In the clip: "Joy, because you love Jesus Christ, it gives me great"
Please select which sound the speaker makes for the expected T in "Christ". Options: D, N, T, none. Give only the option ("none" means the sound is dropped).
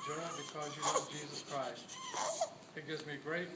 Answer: T